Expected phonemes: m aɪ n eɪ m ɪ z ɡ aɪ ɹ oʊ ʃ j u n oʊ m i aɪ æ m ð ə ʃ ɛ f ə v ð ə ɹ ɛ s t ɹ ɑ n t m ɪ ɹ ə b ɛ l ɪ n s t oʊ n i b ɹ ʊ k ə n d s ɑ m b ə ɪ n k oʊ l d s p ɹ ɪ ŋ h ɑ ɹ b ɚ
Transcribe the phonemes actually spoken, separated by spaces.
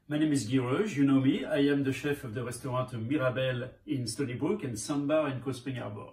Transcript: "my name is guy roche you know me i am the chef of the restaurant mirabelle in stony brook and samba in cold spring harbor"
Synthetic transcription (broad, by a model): m aɪ n eɪ m ɪ z ɡ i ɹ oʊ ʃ j u n oʊ m i aɪ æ m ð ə ʃ ɛ f ə v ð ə ɹ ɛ s t ɹ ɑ t m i ɹ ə b ɛ l ɪ n s t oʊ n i b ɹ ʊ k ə n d s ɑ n b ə ɪ n k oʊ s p ɪ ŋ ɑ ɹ b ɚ